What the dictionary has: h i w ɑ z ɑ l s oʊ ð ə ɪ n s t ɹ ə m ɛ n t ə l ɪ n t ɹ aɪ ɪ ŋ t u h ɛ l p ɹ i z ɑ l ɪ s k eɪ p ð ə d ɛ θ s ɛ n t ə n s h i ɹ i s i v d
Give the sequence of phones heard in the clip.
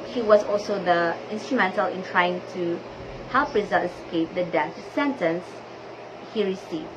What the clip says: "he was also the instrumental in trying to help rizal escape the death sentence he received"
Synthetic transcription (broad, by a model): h i w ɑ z ɑ l s oʊ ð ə ɪ n s t ɹ ə m ɛ n t ə l ɪ n t ɹ aɪ ɪ ŋ t u h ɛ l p ɹ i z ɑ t ɪ s k eɪ p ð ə d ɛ s s ɛ n t ə n s h i ɹ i s i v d